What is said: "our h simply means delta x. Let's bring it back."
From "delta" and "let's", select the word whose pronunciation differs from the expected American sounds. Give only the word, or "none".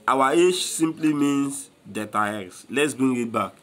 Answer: delta